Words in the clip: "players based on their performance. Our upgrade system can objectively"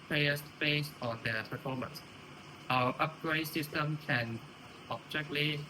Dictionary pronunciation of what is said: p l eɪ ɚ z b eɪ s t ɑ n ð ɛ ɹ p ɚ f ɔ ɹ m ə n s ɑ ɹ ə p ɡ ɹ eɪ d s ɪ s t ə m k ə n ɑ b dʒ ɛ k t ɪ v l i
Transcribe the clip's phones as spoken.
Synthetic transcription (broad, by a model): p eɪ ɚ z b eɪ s ɑ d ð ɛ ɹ p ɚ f ɔ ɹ m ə n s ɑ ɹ ə p ɡ ɹ eɪ d s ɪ s t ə m k ə n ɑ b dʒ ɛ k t l i